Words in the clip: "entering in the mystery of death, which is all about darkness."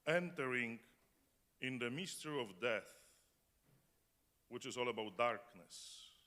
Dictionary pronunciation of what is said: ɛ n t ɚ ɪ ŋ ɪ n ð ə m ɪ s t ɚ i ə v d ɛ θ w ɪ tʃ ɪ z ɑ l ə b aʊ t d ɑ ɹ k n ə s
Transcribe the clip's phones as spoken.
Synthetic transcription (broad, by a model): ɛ n t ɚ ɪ ŋ ɪ n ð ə m ɪ s t ɚ i ə v d ɛ θ w ɪ tʃ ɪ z ɑ l ə b aʊ t d ɑ ɹ k n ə s